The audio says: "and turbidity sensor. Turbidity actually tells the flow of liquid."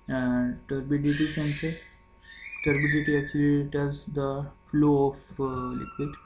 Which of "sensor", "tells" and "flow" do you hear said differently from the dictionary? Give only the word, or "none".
tells